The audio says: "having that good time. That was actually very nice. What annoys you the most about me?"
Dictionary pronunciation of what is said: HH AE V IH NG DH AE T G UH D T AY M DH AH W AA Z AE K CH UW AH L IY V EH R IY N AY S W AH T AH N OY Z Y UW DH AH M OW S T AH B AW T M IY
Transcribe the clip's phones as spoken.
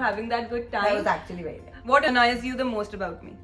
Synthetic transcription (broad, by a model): HH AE V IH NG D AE T G UH D T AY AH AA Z AE K CH UW AH L IY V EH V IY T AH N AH IH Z Y UW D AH M OW S T AH B AW T M IY